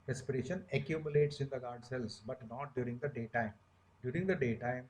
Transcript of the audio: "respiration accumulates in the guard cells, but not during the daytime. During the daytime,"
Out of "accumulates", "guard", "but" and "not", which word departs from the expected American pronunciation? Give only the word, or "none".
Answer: none